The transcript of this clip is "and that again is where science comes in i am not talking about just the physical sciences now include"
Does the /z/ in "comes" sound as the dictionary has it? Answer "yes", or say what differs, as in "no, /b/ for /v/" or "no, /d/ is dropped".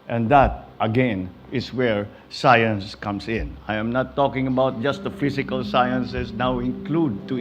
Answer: no, /s/ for /z/